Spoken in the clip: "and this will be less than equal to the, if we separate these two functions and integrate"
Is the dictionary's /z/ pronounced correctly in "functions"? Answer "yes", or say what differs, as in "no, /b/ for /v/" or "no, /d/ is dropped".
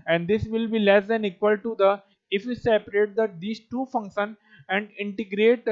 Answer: no, /z/ is dropped